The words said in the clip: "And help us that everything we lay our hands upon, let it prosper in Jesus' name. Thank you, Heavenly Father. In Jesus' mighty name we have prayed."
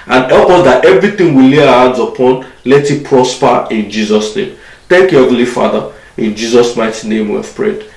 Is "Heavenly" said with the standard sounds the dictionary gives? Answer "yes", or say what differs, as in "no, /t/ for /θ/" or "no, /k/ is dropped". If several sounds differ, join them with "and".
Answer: no, /n/ is dropped